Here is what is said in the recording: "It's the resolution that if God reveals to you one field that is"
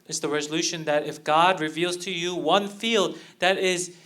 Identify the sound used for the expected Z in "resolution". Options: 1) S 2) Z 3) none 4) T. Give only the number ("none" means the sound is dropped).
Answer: 2